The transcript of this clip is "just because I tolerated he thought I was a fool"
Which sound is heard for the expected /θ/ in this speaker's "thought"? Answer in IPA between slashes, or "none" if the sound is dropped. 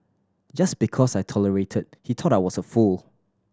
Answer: /t/